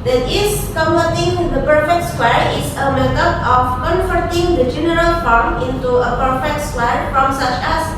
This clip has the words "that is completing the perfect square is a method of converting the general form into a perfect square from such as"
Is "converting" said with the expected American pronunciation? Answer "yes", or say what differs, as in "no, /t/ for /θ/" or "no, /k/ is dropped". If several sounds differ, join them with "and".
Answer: no, /f/ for /v/